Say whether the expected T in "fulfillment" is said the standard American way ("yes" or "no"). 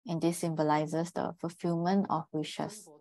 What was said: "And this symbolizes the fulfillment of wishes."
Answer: no